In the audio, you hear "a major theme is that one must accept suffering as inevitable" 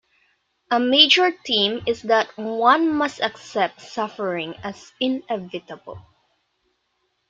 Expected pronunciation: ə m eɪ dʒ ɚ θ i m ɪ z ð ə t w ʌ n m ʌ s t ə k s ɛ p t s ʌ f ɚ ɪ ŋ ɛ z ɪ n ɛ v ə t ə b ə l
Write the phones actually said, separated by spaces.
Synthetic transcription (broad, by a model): ə m eɪ dʒ ɚ t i m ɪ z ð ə t w ʌ n m ʌ s t ə k s ɛ p t s ʌ f ɚ ɪ ŋ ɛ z ɪ n ɛ v ə t ə b ə l